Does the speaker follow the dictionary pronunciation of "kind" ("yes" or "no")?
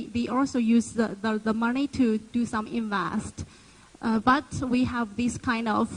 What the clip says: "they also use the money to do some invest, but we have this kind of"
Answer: yes